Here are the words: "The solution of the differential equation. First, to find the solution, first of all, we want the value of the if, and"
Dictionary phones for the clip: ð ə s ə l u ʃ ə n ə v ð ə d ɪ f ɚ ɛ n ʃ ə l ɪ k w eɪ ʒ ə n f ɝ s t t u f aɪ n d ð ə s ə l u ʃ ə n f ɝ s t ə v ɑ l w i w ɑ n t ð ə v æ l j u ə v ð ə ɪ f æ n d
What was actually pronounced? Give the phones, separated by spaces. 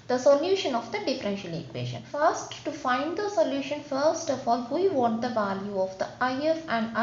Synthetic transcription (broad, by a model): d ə s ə l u ʃ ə n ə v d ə d ɪ f ɚ ɛ n ʃ ə l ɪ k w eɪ ʃ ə n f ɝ s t t u f aɪ n d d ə s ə l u ʃ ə n f ɝ s t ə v ɑ l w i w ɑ t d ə v æ l j u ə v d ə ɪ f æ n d